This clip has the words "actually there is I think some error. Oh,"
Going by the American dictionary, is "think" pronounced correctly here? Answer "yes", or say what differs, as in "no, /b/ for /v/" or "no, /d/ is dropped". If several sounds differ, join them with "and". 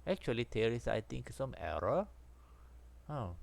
no, /t/ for /θ/